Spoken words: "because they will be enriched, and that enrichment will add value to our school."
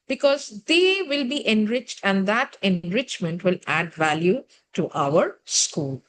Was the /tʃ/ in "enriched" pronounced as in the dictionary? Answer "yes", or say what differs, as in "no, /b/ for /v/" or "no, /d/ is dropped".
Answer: yes